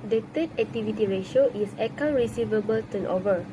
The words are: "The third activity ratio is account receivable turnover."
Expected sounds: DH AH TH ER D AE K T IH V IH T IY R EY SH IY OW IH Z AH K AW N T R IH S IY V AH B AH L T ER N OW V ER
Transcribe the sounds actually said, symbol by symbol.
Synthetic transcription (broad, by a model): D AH T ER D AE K T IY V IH T IY R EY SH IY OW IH S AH K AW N R IH S IY V AH B AH L T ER N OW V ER